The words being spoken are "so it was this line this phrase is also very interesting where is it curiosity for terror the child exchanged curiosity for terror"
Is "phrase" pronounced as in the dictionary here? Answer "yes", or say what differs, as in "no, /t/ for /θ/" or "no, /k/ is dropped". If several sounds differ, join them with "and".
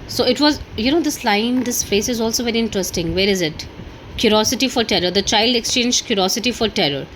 no, /ɹ/ is dropped and /s/ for /z/